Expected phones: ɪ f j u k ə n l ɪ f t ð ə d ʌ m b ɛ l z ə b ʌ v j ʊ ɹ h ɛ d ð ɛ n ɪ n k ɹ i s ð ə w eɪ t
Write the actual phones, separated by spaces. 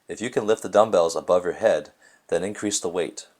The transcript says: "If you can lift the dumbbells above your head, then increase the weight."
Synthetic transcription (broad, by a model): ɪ f j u k ə n l ɪ f t ð ə d ʌ m b ɛ l z ə b ʌ v j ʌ ɹ h ɛ d ð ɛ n ɪ n k ɹ i s ð ə w eɪ t